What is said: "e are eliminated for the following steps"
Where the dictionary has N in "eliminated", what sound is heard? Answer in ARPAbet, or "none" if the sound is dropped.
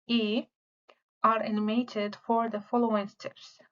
none